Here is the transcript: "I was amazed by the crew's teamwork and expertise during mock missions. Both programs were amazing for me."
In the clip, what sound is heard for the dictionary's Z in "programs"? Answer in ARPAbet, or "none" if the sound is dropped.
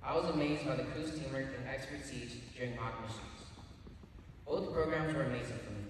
Z